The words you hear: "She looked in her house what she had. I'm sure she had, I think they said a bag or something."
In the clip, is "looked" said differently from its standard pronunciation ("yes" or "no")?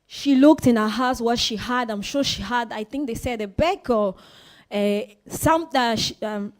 no